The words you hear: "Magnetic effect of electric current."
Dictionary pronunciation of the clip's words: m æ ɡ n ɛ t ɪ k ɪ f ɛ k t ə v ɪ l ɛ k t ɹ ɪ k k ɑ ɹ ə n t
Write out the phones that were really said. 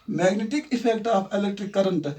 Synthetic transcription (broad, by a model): m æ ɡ n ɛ t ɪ k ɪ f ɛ k t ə p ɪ l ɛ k t ɹ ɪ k k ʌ ɹ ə n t